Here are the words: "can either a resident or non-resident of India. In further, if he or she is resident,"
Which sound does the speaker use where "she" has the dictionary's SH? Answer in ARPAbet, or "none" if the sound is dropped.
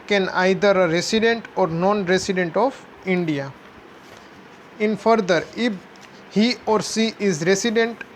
S